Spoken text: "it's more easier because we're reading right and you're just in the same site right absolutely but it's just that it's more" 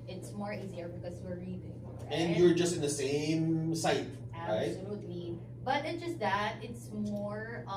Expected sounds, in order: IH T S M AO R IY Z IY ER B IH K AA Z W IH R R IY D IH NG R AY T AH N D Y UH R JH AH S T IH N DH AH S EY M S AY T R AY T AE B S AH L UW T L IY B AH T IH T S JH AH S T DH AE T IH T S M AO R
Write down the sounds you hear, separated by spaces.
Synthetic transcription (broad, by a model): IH T S M AO R IY Z IY ER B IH K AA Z W IH R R IY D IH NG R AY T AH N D Y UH R JH AH S T IH N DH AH S EY M S AY T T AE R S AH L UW T L IY B AH T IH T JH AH S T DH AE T IH T S M AO R